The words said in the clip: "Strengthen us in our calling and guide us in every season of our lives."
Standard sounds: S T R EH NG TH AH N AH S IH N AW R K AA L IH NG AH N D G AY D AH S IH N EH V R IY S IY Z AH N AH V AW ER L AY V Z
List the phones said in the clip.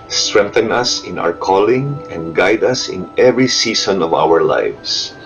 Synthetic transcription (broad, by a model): S T R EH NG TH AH N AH S IH N AW R K AA L IH NG AH N D G AY D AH S IH N EH V R IY S IY S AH N AH V AW ER L AY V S